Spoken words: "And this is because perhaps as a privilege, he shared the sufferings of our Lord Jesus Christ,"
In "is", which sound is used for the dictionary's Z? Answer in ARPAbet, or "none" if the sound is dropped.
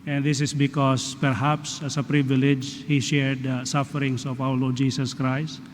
S